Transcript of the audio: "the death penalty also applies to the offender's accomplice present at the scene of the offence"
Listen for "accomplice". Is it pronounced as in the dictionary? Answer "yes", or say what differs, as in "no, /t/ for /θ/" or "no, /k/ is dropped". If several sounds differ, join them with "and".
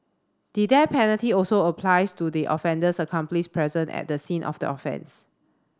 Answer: no, /ʃ/ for /s/